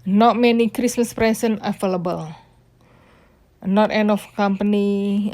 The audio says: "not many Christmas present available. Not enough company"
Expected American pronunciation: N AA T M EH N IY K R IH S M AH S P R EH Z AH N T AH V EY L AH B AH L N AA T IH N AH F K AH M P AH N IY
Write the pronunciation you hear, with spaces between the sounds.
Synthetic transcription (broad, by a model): N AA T M EH N IY K R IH S M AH S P R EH S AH N AH F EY L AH B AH L N AA T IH N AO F K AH M P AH N IY